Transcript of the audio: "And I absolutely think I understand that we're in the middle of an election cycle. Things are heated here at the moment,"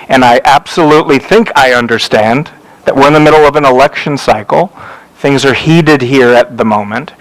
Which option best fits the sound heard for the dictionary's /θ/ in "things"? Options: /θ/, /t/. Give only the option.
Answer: /θ/